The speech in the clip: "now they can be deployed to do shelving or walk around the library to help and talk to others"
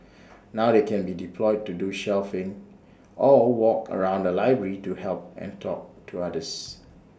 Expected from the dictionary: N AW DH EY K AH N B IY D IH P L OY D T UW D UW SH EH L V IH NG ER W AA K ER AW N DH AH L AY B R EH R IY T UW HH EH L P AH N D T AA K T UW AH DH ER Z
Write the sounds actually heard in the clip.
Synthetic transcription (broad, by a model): N AW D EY K AH N B IY D IH P L OY D T UW D UW SH EH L F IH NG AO W AA K ER AW N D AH L AY B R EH R IY T UW HH EH L P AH N T AA K T UW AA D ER S